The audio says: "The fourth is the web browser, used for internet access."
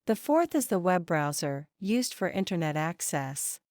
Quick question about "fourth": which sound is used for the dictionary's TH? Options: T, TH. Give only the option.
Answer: TH